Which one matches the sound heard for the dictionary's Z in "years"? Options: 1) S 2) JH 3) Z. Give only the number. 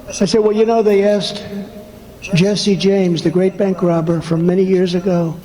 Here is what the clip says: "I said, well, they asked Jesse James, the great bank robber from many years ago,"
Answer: 3